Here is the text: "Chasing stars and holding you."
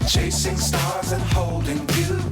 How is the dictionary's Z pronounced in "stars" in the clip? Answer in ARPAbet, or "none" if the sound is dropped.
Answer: Z